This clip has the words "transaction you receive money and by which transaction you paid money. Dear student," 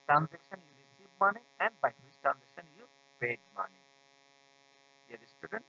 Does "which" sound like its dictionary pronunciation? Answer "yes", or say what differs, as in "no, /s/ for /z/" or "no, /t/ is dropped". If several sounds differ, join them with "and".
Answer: no, /s/ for /tʃ/